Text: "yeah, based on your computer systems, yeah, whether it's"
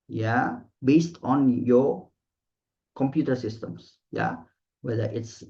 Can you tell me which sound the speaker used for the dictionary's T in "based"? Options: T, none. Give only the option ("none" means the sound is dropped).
T